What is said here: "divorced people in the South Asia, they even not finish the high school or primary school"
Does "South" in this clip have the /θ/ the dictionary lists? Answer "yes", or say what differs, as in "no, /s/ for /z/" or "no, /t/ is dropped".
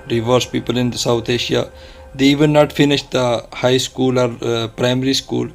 no, /t/ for /θ/